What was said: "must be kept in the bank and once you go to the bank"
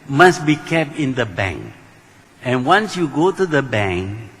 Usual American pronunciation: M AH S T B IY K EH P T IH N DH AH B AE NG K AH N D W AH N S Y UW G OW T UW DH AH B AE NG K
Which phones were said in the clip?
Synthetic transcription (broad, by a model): M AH S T B IY K EH P T IH N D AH B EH NG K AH N W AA N S Y UW G OW T UW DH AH B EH NG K